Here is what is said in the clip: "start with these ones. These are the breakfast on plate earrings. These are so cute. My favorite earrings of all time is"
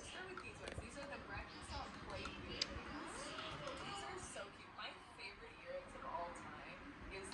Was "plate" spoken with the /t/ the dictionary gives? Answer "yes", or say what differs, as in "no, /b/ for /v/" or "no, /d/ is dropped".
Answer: no, /t/ is dropped